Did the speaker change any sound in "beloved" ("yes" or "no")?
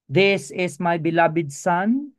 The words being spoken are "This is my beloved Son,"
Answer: yes